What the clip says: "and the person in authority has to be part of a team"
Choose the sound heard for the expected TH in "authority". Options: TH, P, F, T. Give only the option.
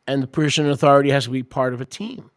TH